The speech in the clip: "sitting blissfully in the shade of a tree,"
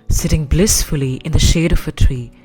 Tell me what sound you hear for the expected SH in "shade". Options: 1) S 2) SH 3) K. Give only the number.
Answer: 2